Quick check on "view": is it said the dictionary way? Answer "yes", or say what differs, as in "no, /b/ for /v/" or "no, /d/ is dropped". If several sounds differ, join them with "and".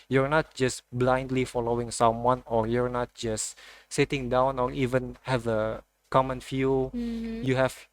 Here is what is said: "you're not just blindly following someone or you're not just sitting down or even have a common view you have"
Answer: no, /f/ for /v/